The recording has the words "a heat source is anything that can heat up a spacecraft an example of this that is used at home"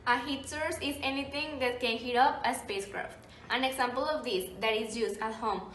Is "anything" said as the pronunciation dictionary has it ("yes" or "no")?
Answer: no